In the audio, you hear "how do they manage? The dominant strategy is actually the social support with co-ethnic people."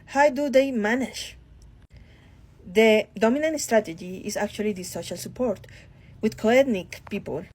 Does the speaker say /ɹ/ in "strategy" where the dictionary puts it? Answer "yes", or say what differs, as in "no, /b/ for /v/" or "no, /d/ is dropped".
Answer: yes